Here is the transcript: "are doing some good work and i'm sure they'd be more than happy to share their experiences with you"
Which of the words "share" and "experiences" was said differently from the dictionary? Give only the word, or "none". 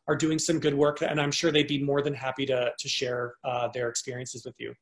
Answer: none